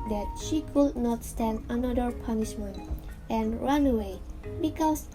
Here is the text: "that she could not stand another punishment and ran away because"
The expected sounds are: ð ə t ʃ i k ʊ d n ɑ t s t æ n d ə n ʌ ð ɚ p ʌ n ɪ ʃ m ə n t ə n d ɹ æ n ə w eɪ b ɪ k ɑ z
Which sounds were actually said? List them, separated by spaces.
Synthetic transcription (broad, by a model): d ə t ʃ i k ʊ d n ɑ t s t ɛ n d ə n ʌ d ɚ p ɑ n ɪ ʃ m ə n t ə n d ɹ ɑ n ə w eɪ b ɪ k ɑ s